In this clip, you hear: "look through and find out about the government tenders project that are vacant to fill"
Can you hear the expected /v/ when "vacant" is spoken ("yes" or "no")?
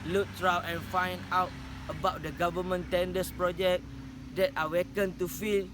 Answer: no